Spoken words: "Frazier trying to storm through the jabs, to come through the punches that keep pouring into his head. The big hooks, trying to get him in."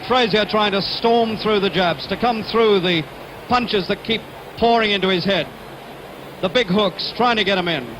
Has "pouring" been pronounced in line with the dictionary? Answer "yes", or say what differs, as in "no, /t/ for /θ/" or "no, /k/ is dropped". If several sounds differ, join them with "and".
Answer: yes